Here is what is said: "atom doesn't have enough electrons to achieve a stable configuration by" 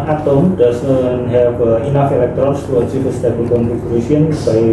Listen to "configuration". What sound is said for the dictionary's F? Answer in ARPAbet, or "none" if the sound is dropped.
none